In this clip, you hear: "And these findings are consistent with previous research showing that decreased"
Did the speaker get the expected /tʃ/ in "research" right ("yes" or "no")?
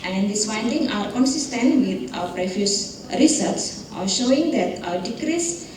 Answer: no